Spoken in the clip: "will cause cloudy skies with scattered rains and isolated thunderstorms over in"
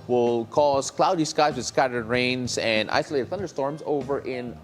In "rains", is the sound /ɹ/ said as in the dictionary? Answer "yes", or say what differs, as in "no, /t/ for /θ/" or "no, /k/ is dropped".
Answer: yes